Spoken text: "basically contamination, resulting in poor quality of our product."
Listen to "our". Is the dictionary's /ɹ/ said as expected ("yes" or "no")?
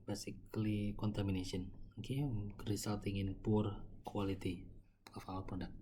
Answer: no